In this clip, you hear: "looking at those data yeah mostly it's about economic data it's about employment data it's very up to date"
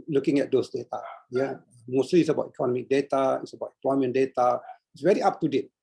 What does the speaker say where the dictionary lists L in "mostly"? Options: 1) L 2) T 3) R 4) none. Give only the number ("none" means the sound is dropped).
4